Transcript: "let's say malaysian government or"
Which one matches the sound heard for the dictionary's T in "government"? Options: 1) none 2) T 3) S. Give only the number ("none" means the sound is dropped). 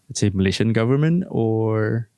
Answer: 2